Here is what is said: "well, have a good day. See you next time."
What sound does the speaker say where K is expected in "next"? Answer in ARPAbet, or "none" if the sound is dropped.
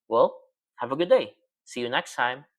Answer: K